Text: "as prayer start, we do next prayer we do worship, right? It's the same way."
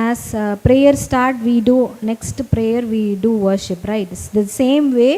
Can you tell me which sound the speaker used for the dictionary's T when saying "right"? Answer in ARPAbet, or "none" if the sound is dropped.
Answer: none